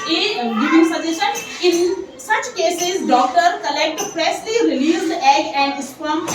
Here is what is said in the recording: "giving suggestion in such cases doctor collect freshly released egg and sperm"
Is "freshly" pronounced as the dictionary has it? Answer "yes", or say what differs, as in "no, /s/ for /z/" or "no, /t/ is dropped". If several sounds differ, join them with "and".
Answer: no, /p/ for /f/ and /s/ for /ʃ/